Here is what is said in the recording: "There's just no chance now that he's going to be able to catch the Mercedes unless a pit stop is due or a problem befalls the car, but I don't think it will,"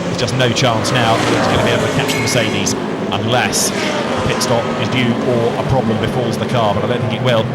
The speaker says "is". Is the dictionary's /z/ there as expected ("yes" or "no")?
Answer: yes